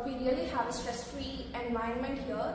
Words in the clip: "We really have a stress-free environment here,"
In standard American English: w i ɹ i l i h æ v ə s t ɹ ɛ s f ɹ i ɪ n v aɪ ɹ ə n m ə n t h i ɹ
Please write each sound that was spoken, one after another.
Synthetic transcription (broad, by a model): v i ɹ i l i h æ v ə s t ɹ ɛ s f ɹ i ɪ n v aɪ ə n m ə n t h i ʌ